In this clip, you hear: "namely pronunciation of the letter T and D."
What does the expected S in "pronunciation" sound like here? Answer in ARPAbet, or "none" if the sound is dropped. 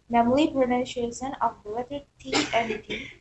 SH